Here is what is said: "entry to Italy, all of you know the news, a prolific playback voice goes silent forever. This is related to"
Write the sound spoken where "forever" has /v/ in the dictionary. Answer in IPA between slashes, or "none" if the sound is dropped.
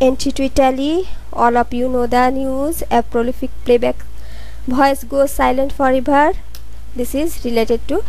/b/